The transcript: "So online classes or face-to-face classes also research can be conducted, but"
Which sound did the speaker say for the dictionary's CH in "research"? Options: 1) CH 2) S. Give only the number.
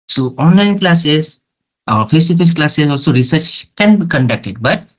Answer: 1